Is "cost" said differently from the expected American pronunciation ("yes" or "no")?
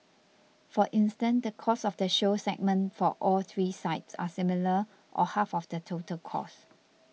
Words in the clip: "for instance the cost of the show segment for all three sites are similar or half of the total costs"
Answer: yes